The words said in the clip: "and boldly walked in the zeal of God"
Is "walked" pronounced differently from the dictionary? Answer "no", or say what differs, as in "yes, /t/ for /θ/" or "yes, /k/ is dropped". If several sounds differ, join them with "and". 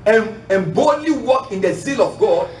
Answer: yes, /t/ is dropped